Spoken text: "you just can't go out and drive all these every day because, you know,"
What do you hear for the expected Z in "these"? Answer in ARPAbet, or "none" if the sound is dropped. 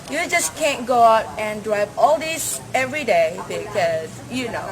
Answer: S